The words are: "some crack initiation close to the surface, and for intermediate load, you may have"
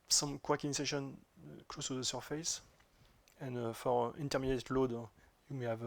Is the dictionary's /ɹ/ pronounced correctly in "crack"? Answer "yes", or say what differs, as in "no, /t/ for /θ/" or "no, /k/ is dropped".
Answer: no, /w/ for /ɹ/